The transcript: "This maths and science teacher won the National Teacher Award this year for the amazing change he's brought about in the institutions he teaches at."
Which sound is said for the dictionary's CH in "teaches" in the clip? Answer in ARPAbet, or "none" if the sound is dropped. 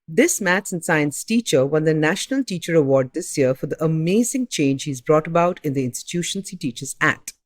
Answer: CH